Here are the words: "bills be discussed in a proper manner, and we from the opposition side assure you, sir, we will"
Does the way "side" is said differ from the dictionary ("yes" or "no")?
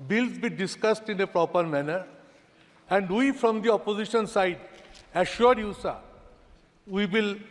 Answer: no